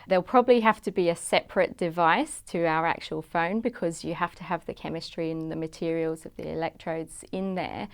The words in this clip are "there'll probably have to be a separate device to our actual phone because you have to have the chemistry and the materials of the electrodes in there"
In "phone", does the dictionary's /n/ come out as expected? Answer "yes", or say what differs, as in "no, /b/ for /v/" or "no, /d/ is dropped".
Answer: yes